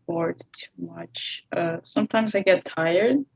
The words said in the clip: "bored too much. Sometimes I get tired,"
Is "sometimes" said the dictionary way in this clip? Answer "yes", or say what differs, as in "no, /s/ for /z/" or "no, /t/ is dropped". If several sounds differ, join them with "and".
yes